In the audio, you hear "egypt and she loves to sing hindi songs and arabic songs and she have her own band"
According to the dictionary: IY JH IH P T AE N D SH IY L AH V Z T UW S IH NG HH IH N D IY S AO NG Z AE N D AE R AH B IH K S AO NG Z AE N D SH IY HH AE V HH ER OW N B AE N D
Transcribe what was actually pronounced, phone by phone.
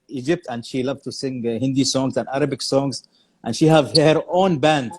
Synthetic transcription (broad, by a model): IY JH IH P T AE N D SH IY L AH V T UW S IH NG HH IH N D IY S AO NG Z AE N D AE R AH B IH K S AO NG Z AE N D SH IY HH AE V HH ER OW N B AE N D